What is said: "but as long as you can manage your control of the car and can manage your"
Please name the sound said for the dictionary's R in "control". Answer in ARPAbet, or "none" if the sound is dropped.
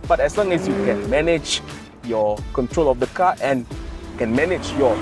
R